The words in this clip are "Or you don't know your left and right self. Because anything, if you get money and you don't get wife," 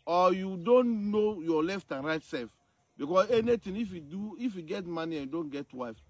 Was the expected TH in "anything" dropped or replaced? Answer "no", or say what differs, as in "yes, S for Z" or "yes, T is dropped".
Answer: yes, T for TH